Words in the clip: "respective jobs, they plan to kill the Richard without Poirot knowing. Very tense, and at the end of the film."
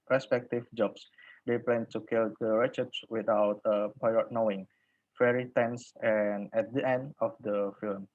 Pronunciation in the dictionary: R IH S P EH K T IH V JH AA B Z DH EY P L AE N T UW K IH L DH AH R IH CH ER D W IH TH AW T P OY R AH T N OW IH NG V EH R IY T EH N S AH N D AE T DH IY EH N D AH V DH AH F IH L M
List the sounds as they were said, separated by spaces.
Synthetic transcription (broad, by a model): R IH S P EH K T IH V JH AA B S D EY P L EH N T UW K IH L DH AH R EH CH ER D W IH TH AW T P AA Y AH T N OW IH NG F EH R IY T EH N S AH N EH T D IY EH N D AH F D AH F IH L M